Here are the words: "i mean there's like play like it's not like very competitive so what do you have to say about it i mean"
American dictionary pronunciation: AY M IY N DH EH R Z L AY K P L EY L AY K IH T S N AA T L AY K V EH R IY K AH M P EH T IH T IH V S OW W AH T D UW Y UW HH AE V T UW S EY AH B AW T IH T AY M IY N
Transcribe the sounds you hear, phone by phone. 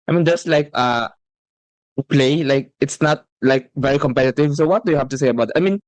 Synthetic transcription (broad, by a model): AY M IY N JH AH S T L AY K P L EY L AY K IH T S N AA T L AY K V EH R IY K AH M P EH T IH T IH V S OW W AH T D UW Y UW HH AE F T UW S EY AH B AW T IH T AY M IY N